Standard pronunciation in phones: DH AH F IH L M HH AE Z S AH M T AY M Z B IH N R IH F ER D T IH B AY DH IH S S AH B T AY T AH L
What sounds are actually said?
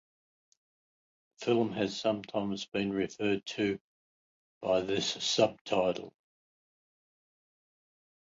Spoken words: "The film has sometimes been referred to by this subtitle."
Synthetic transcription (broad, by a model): F IH L M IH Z S AH M T AY M Z B IH N R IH F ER D T IH B AY DH IH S S AH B T AY T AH L